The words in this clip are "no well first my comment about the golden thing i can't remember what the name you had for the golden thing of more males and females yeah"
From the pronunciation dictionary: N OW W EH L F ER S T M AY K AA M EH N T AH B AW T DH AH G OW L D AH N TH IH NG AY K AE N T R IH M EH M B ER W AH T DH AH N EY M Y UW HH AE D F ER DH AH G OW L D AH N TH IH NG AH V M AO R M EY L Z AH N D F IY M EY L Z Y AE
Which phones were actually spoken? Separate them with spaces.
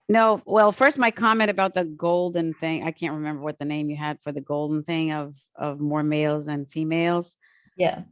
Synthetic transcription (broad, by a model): N OW W EH L F ER S T M AY K AA M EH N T AH B AW T DH AH G OW L D N TH IH NG AY K AE N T R IH M EH M B ER W AH T DH AH N EY M Y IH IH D F ER DH AH G OW L D N TH IH NG AH V M AO R M EY L Z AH N F IY M EY L Z Y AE